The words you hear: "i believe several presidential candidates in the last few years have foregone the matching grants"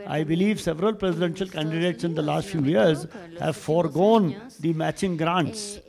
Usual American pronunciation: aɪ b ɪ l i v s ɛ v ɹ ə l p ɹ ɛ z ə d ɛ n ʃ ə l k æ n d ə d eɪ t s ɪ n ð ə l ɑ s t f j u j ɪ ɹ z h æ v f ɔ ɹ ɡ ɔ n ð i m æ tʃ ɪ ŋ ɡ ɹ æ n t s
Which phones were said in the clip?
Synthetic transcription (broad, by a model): aɪ b ɪ l i v s ɛ v ɹ ə l p ɹ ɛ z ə d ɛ n ʃ ə l k æ n d ə d eɪ t s ɪ n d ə l ɑ s t f j u j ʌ ɹ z h æ v f ɔ ɹ ɡ ɔ n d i m æ tʃ ɪ ŋ ɡ ɹ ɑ n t s